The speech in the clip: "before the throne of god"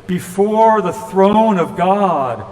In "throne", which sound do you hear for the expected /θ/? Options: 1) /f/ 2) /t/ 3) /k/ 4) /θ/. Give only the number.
4